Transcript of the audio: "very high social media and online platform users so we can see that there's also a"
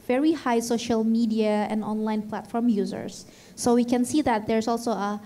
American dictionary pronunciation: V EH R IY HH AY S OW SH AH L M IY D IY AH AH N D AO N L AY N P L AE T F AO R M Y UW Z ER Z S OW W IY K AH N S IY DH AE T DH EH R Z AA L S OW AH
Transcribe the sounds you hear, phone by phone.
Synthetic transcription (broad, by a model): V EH R IY HH AY S OW SH AH L M IY D IY AH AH N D AO N L AY N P L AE T F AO R M Y UW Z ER S OW W IY K AH N S IY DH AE T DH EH R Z AA L S OW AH